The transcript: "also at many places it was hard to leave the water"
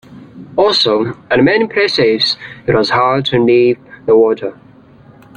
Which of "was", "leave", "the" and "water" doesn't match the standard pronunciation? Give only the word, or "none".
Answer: leave